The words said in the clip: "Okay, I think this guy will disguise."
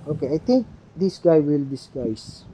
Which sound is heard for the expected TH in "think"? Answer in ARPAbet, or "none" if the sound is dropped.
T